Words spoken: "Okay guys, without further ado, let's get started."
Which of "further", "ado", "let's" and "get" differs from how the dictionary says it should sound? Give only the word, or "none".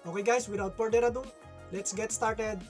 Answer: further